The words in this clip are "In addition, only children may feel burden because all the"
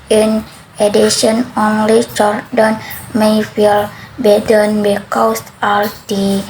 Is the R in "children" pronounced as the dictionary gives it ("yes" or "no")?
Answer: no